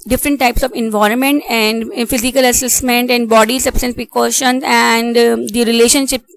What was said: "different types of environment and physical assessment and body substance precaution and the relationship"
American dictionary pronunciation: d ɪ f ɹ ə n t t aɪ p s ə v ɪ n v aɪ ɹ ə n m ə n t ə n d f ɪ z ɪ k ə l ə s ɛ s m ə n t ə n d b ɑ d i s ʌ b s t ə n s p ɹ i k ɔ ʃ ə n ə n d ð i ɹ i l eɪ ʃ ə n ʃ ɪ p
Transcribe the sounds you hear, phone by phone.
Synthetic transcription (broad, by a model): d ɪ f ɹ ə n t t aɪ p s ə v ɪ n v aɪ ɹ ə n m ə n t ə n d f ɪ z ɪ k ə l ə s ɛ s m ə n t ə n d b ɑ d i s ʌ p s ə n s p ɹ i k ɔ ʃ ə n ə n d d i ɹ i l eɪ ʃ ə n ʃ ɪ p